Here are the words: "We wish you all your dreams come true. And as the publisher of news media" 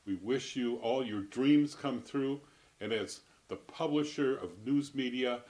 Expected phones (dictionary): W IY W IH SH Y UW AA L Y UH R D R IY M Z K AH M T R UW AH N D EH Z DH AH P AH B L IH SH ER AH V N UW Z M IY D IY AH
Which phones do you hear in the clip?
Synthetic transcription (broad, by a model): W IY W IH SH Y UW AA L Y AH R D R IY M Z K AH M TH R UW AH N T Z DH AH P AH B L IH SH ER AH V N UW Z M IY D IY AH